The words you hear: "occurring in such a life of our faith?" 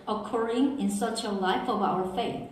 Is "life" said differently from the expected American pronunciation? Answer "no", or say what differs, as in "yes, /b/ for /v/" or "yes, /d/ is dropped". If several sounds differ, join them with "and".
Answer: no